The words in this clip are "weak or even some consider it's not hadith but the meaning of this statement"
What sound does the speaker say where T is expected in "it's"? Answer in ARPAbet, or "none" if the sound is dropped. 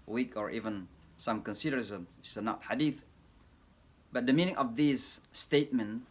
S